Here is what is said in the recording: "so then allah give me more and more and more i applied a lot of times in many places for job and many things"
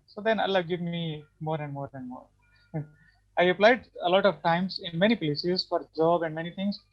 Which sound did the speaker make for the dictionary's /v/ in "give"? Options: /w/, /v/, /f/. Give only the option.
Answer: /v/